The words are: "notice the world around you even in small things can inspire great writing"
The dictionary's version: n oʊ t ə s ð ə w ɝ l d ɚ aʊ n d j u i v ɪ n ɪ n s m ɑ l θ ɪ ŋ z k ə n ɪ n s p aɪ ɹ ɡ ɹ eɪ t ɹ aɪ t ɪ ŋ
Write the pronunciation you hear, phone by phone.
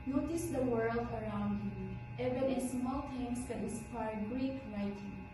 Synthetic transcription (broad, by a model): n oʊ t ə s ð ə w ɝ l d ɚ aʊ n d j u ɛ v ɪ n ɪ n s m ɑ l t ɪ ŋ s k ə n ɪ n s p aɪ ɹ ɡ ɹ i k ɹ aɪ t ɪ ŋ